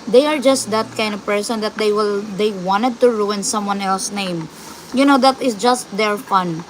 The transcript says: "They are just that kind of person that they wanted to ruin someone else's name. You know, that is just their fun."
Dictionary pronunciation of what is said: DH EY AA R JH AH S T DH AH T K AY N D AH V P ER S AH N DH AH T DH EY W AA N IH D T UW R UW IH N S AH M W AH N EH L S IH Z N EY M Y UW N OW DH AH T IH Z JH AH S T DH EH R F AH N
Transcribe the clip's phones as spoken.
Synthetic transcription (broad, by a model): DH EY AA R JH AH S T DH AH T K AY N D AH V P ER S AH N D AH T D EY W AA N IH D T UW R UW IH N S AH M W AH N EH L S N EY M Y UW N OW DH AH T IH S JH AH S T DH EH R F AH N